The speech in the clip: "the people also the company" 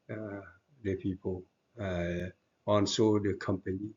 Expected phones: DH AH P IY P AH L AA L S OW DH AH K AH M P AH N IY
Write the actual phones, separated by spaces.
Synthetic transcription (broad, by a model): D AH P IY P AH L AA N S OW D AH K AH M P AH N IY